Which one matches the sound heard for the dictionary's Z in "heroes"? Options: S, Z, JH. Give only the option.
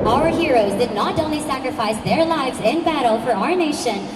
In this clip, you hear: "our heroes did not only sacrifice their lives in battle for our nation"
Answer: Z